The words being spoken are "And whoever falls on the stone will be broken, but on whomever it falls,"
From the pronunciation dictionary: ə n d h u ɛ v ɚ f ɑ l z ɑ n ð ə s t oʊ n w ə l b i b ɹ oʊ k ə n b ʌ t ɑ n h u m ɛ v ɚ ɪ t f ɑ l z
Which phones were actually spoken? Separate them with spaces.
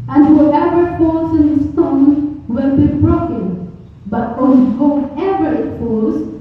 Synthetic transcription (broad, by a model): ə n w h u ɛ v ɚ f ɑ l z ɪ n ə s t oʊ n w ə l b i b ɹ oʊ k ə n b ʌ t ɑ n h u ɛ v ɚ ɪ t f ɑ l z